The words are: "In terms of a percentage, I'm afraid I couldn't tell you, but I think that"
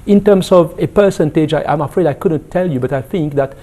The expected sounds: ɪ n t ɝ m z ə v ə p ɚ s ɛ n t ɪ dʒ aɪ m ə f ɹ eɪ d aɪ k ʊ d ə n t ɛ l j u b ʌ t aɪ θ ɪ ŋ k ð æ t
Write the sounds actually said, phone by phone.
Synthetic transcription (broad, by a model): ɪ n t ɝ m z ə v ə p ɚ s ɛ n t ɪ dʒ aɪ m ə f ɹ eɪ d aɪ k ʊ d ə n t ɛ l j u b ʌ t aɪ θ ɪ ŋ k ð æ t